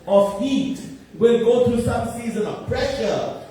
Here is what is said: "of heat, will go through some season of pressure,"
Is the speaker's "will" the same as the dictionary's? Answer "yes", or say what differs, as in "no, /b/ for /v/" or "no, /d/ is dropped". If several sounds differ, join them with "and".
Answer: no, /n/ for /l/